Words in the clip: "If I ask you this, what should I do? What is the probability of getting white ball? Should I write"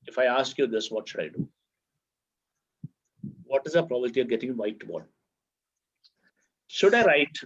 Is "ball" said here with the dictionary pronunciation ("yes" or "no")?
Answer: no